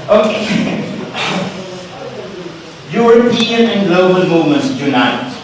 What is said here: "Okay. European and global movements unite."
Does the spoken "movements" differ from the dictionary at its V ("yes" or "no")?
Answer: yes